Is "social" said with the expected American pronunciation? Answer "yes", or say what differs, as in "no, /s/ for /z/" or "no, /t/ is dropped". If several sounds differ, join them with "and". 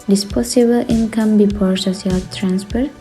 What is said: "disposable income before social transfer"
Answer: no, /s/ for /ʃ/